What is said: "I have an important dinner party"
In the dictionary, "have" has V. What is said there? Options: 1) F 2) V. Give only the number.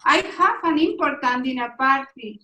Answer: 1